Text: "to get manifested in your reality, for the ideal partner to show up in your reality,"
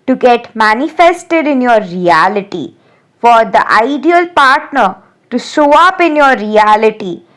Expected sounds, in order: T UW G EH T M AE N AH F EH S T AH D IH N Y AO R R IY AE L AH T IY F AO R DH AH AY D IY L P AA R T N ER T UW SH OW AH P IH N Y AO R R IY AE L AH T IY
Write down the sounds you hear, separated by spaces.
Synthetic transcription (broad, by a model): T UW G EH T M AE N AH F EH S T AH D IH N Y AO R R IY AE L AH T IY F AO R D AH AY D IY L P AA R T N ER T UW S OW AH P IH N Y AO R R IY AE L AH T IY